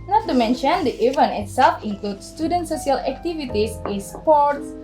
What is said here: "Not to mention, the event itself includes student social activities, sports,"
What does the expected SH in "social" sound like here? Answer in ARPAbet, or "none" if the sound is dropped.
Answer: S